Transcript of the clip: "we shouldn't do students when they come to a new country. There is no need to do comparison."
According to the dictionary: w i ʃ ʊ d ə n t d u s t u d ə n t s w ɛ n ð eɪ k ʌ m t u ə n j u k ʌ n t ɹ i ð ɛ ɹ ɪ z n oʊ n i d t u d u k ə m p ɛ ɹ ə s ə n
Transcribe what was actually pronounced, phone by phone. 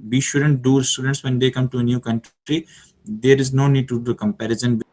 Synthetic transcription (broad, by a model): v i ʃ ʊ d ə n t d u s t u d ə n t s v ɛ n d eɪ k ʌ m t u ə n j u k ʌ n t ɹ i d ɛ ɹ ɪ z n oʊ n i d t u d u k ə m p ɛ ɹ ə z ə n